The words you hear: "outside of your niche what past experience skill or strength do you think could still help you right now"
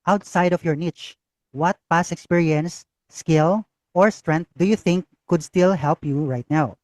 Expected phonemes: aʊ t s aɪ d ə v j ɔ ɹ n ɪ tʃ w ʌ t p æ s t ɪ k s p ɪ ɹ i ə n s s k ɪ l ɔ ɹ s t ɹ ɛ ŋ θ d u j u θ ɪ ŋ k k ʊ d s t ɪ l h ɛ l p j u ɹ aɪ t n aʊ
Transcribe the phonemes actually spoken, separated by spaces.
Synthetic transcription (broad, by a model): aʊ t s aɪ d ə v j ɔ ɹ n ɪ tʃ w ʌ t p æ s ɪ k s p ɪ ɹ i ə n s s k ɪ l ɔ ɹ s t ɹ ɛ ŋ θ d u j u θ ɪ ŋ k k ʊ d s t ɪ l h ɛ l p j u ɹ aɪ t n aʊ